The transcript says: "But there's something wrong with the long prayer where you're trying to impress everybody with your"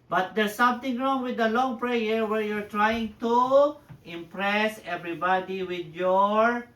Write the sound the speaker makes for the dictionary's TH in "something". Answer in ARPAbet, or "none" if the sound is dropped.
T